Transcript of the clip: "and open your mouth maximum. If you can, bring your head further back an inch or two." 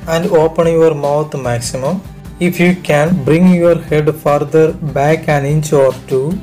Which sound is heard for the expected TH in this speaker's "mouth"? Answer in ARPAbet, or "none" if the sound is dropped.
T